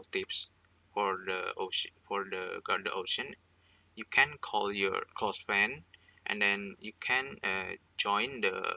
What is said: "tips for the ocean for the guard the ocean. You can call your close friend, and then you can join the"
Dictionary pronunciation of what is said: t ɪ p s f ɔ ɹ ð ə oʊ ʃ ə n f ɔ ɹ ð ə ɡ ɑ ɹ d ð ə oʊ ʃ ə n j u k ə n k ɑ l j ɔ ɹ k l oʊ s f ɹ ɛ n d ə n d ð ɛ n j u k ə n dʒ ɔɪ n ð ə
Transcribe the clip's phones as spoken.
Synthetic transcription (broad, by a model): t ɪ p s f ɔ ɹ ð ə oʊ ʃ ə f ɔ ɹ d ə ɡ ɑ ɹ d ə oʊ ʃ ə n j u k ə n k ɑ l j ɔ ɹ k l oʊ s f ɛ n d ə n d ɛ n j u k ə n dʒ ɔɪ n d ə